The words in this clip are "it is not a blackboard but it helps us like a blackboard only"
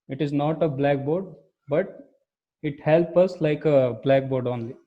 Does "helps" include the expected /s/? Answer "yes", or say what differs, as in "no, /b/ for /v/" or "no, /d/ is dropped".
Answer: no, /s/ is dropped